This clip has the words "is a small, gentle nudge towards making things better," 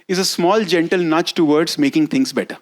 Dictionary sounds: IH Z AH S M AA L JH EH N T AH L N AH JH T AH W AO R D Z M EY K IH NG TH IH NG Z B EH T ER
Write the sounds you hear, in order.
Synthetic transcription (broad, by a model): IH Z AH S M AA L JH EH N T AH L N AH CH T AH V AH R D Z M EY K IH NG T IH NG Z B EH T ER